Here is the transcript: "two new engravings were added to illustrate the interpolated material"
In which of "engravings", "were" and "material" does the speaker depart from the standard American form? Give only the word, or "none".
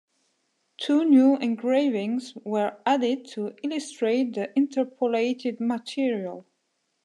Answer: none